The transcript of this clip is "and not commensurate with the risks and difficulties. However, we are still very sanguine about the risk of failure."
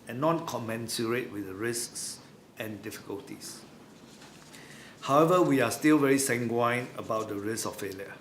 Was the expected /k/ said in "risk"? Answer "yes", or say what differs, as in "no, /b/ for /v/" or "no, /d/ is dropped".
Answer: no, /k/ is dropped